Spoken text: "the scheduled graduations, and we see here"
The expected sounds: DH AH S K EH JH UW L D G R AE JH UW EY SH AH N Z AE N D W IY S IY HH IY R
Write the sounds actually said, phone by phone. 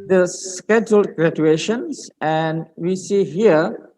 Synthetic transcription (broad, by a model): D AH S K EH JH UW L D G R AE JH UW EY SH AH N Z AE N D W IY S IY HH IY R